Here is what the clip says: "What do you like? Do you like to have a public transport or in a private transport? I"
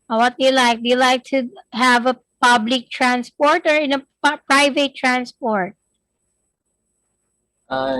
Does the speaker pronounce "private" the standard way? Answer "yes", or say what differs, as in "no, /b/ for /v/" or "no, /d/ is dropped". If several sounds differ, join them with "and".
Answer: yes